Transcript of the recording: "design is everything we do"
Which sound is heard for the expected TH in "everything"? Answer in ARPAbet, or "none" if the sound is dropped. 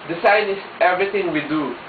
T